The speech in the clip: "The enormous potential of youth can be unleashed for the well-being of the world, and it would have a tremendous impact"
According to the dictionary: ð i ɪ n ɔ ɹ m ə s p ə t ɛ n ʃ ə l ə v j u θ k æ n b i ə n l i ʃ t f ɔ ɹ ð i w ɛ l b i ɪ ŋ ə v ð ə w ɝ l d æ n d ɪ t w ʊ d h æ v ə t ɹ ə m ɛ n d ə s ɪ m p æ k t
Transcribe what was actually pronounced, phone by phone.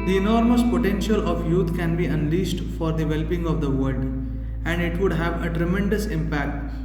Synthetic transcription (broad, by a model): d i ɪ n ɔ ɹ m ə s p ə t ɛ n ʃ ə l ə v j u t k æ n b i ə n l i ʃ t f ɔ ɹ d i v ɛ l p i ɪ ŋ ə v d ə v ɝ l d æ n d ɪ t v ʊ d h æ v ə t ɹ ə m ɛ n d ə s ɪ m p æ k t